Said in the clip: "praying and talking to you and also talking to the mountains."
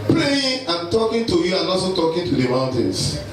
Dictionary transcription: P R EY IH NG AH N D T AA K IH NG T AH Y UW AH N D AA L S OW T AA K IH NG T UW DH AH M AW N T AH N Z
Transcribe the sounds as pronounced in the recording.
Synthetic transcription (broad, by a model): P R EY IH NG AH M T AA K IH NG T AH Y UW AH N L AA S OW T AA K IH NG T UW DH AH M AW N T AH N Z